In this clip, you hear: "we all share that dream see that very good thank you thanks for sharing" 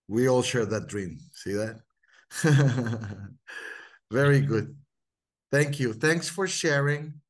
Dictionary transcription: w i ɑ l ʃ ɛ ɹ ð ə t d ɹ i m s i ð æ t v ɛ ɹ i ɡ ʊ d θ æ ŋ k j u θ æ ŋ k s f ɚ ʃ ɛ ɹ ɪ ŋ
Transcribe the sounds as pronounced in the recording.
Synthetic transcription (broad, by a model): w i ɑ l ʃ ɛ ɹ ð ə t d ɹ i m s i ð æ t v ɛ ɹ i ɡ ʊ d θ æ ŋ k j u θ æ ŋ k s f ɚ ʃ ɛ ɹ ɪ ŋ